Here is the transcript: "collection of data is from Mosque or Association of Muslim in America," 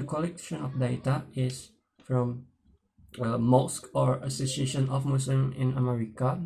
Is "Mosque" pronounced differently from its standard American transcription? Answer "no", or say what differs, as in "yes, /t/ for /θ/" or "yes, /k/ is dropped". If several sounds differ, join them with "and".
no